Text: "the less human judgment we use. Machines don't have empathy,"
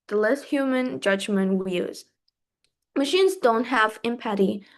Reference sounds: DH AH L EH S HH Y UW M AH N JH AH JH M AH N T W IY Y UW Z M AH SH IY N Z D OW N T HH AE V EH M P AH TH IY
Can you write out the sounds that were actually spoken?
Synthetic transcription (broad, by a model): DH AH L EH S HH Y UW M AH N JH AH JH M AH N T W IY Y UW Z M AH SH IY N Z D OW N T HH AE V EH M P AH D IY